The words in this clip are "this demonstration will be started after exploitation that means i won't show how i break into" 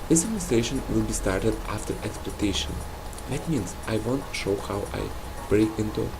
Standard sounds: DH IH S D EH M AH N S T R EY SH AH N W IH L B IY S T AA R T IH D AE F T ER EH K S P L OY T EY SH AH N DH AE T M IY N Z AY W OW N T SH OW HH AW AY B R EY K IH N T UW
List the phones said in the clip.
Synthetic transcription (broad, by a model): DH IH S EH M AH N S EY SH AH N W IH L B IY S T AA R T IH D AE F T ER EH K S P L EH T EY SH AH N DH AE T M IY N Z AY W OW N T SH OW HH AW AY B R EY K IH N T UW